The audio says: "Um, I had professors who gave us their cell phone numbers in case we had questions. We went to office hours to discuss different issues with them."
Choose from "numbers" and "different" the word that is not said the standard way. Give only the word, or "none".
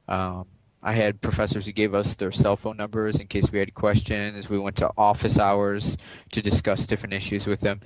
none